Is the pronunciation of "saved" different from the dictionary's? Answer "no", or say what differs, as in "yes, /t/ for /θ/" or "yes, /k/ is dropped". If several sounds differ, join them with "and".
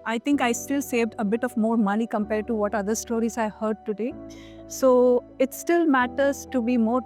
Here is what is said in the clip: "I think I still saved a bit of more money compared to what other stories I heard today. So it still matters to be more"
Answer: no